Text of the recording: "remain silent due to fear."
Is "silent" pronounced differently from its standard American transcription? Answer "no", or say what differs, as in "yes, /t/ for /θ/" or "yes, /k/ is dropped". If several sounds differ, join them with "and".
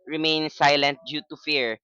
no